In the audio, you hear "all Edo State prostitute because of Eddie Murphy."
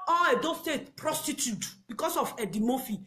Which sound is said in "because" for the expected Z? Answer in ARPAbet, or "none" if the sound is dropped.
S